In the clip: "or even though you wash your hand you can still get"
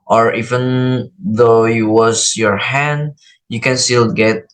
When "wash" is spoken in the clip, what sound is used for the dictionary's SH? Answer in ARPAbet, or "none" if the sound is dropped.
S